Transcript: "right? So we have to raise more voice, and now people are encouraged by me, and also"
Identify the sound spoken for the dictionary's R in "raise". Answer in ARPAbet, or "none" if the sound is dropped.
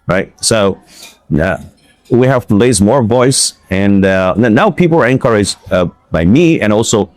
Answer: L